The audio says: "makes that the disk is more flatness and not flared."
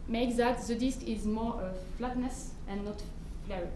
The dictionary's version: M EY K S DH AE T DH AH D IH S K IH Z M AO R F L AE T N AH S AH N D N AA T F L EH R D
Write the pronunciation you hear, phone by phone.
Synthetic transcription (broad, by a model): M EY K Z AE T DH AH D IH S K IH Z M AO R F L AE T N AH S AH N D N AA T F L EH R